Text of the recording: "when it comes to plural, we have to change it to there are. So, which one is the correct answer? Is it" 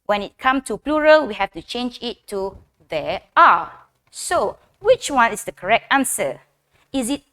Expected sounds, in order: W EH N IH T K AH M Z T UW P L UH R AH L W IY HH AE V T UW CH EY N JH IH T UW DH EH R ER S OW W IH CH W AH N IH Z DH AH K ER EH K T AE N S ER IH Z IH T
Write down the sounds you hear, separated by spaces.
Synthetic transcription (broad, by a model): W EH N IH T K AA M S T UW P L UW R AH L W IY HH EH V T UW CH EY N JH IH T UW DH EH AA S OW W IH CH W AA N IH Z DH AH K ER EH K T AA N S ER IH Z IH T